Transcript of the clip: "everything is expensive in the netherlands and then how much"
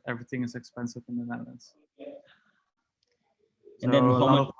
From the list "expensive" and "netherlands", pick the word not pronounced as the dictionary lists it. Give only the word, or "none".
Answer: netherlands